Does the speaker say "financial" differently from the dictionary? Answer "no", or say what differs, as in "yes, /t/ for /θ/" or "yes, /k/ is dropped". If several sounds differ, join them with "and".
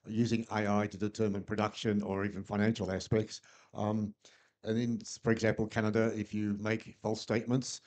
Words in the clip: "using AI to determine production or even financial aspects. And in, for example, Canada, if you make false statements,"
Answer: no